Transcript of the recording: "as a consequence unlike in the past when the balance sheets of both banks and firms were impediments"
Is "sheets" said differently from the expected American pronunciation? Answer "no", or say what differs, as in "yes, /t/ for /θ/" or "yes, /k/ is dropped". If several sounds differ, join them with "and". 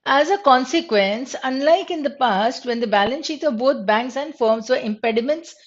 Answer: yes, /s/ is dropped